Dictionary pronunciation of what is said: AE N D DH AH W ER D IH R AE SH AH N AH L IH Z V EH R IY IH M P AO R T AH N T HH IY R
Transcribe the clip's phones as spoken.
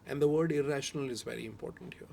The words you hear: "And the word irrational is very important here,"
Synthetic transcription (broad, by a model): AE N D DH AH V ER D IH R AE SH AH N AH L IH Z V EH R IY IH M P AO R T AH N T HH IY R